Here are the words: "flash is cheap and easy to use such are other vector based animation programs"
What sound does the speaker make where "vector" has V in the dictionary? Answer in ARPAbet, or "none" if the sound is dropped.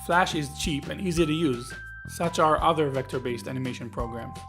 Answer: V